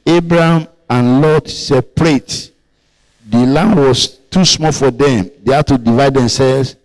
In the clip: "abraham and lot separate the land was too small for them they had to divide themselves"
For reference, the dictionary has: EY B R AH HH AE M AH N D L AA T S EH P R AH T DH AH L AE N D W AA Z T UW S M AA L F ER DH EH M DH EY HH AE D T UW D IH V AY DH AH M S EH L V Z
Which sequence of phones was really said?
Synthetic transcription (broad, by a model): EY B R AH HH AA M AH N L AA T S EH P R AH T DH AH L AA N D W AA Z T UW S M AA L F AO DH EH M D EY HH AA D T UW D IH V AY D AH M S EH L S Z